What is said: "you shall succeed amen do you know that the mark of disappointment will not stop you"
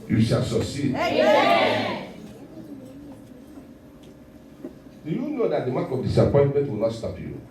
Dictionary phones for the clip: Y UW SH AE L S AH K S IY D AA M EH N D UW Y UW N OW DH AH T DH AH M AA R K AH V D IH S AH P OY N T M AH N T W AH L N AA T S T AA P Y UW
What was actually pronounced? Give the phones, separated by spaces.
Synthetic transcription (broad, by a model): Y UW SH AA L S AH S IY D D UW Y UW N OW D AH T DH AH M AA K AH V D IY S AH P OY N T M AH N T W AH L N AA T S T AA P Y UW